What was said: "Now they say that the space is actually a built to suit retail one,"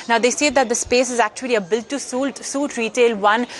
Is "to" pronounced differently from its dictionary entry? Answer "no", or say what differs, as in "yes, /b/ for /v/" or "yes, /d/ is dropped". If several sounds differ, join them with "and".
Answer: yes, /s/ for /t/